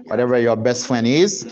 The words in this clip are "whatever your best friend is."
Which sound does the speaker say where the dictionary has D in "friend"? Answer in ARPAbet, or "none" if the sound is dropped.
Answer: none